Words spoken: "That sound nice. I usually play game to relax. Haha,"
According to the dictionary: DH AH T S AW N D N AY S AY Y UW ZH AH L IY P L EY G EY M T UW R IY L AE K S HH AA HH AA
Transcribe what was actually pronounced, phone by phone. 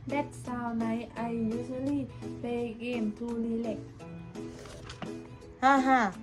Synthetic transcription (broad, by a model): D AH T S AW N N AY AY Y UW S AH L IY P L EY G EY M T UW L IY L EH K HH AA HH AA